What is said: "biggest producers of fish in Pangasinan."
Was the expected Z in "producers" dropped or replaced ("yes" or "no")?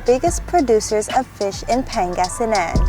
no